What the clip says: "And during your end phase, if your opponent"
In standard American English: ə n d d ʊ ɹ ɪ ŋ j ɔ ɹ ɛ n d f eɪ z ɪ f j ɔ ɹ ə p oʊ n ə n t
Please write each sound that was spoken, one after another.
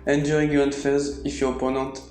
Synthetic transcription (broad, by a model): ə n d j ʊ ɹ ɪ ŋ j ɔ ɹ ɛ d f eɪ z ɪ f j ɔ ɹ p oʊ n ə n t